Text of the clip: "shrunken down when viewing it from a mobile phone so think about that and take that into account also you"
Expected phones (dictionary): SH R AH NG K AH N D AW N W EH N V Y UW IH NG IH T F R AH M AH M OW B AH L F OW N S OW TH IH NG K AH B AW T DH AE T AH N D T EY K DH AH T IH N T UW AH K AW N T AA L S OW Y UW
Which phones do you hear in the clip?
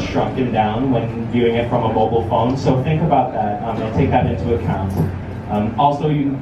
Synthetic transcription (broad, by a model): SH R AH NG K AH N D AW N W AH N V Y UW IH NG IH T F R AH M AH M OW B L F OW N S OW TH IH NG K AH B AW T DH AE T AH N T EY K DH AH T IH N T UW AH K AW N T AA L S OW Y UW